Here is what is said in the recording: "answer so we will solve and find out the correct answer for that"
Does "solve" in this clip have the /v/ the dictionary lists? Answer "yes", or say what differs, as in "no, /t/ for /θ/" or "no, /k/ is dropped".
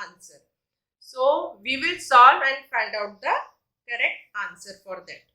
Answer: no, /v/ is dropped